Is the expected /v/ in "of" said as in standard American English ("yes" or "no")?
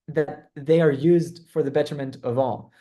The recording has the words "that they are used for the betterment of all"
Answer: yes